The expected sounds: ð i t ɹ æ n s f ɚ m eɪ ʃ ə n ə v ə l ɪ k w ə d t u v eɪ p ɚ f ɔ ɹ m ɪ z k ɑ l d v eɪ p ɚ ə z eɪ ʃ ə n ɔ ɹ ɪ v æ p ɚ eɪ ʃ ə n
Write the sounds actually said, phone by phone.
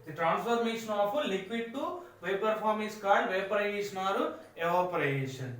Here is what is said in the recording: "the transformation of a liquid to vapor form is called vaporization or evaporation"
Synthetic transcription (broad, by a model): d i t ɹ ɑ n s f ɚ m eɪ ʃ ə n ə f ə l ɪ k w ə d t u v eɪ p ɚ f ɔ ɹ m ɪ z k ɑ d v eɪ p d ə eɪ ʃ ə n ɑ ɹ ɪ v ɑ p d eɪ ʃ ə n